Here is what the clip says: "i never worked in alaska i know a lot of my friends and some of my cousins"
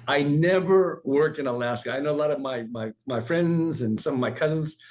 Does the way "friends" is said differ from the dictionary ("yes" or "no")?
no